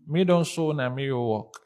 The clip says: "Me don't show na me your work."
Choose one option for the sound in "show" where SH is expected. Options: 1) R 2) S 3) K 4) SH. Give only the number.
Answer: 2